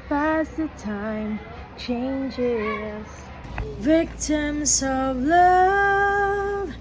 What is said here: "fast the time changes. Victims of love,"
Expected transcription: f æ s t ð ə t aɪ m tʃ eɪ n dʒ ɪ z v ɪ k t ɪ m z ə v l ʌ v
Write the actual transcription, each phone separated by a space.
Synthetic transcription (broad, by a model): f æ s ð ə t aɪ m tʃ eɪ n dʒ ɪ z v ɪ k t ɪ m z ə v l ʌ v